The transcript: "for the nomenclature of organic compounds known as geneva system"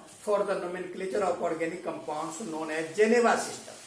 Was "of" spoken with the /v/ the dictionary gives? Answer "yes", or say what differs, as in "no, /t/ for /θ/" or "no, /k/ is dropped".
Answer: no, /p/ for /v/